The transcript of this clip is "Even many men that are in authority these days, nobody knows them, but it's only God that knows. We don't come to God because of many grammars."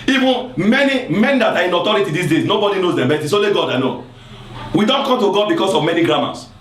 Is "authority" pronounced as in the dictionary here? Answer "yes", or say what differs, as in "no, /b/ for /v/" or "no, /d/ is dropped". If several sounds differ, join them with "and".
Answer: no, /t/ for /θ/